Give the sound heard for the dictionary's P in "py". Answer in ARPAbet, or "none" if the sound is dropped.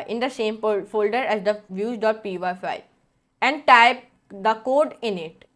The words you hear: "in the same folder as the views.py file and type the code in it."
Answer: P